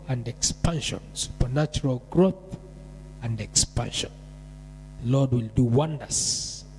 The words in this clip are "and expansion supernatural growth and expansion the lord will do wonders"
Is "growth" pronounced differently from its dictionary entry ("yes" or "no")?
no